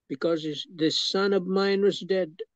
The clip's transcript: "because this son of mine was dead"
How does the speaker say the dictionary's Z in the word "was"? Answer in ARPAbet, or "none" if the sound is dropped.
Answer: Z